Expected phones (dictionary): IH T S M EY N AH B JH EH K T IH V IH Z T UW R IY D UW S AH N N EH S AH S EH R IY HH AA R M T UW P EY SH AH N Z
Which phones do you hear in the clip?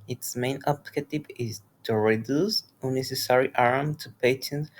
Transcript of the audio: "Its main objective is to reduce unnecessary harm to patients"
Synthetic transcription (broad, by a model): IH T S M EY N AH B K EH T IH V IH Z T UW R IY D UW S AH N N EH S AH S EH R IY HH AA R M T UW P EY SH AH N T